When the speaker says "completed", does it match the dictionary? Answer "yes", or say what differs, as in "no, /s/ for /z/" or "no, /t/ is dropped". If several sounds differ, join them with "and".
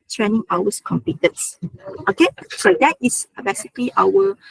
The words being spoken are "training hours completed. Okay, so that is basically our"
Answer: no, /l/ is dropped